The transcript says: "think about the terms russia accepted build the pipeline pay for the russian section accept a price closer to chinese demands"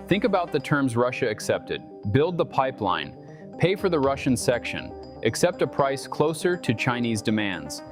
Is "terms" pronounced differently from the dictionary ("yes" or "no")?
no